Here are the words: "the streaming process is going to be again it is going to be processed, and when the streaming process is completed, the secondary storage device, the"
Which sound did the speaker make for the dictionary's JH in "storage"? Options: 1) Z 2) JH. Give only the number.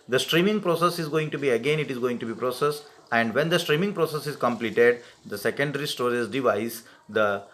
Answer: 1